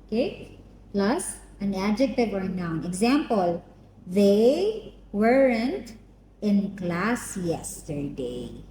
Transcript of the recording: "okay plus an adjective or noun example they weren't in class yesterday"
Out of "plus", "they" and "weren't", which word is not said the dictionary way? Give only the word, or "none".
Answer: none